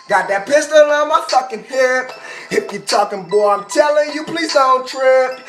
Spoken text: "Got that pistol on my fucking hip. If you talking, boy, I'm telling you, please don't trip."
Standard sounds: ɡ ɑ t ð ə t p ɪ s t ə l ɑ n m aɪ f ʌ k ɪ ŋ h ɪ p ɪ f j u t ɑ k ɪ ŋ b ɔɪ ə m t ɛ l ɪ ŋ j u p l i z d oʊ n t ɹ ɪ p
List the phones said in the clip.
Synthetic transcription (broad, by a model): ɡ ɑ t ð ə t p ɪ s t ə l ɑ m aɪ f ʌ k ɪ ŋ h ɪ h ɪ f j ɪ t ɑ k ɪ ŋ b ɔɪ ə m t ɛ l ɪ ŋ j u p l i z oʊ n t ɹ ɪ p